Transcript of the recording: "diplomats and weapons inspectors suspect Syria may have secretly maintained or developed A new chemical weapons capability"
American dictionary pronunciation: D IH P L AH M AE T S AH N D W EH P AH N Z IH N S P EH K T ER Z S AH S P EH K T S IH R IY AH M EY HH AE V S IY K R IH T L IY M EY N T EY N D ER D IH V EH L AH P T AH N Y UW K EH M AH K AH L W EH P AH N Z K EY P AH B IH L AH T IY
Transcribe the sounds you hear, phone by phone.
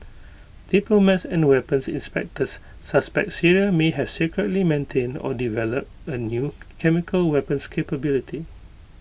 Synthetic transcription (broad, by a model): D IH P L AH M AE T S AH N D W EH P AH N S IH N S P EH K T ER S AH S P EH K T S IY R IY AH M EY HH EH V S IY K R IH T L IY M EY N T EY N D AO D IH V EH L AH P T AH N Y UW K EH M AH K AH L W EH P AH N S K EY P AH B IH L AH T IY